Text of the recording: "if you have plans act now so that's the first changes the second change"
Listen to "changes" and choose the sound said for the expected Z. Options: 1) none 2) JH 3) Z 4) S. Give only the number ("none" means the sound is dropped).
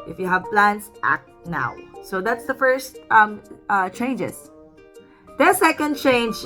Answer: 4